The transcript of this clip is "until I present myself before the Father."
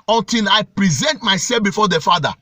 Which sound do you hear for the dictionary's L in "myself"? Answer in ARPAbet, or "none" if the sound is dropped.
none